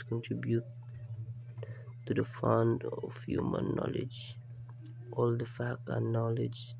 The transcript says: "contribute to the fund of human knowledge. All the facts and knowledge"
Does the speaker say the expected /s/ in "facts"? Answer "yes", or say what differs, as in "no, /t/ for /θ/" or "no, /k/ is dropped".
no, /s/ is dropped